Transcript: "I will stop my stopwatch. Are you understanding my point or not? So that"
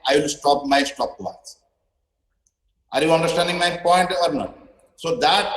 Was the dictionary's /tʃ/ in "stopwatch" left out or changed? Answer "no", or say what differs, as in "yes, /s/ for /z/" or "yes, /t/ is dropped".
yes, /s/ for /tʃ/